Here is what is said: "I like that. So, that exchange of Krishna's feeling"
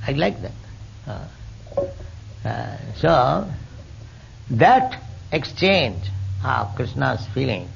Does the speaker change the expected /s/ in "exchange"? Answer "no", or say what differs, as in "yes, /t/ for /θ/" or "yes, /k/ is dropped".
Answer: no